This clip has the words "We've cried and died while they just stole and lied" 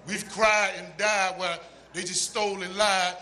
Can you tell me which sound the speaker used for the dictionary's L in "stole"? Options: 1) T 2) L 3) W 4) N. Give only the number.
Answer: 2